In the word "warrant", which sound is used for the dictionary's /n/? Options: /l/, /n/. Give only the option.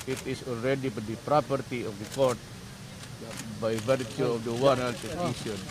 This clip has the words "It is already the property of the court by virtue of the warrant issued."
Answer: /l/